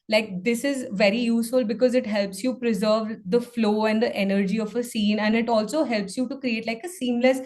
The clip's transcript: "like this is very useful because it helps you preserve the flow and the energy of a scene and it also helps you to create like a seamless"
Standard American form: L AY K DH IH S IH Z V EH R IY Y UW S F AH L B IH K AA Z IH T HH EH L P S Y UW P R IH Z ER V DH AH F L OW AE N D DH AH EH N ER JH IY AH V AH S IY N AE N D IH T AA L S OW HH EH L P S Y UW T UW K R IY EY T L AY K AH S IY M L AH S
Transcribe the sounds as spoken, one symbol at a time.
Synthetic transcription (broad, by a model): L AY K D IH S IH Z V EH R IY Y UW S F AH L B IH K AA Z IH T HH EH L P S Y UW P R IH Z ER V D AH F L OW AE N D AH EH N ER JH IY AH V AH S IY N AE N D IH T AA L S OW HH EH L P S Y UW T UW K R IY EY T L AY K AH S IY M L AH S